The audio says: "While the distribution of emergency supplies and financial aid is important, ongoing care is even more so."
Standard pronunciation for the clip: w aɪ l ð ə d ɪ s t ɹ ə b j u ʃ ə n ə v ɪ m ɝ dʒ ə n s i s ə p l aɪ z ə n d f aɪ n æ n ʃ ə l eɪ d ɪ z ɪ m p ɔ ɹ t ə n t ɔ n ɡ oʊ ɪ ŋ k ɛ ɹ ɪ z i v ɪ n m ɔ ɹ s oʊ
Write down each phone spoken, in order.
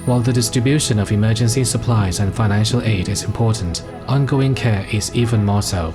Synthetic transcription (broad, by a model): w aɪ l ð ə d ɪ s t ɹ ə b j u ʃ ə n ə v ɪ m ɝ dʒ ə n s i s ə p l aɪ z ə n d f aɪ n æ n ʃ ə l eɪ d ɪ z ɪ m p ɔ ɹ t n t ɔ n ɡ oʊ ɪ ŋ k ɛ ɹ ɪ z i v ɪ n m ɔ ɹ s oʊ